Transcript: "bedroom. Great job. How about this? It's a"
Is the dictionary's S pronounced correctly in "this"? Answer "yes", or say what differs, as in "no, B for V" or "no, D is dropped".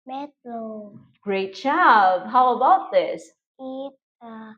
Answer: yes